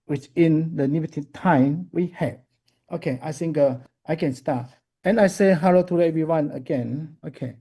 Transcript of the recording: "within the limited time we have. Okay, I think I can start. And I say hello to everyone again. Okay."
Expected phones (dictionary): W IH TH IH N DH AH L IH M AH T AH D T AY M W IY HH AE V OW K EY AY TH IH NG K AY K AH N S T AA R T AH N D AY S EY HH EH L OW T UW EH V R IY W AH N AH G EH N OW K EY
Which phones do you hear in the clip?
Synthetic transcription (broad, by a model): W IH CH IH N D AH N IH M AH T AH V T AY M W IY HH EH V OW K EY AY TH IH NG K AY K AH N S T AA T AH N AY S EY HH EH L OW T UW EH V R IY W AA N AH G EH N OW K EY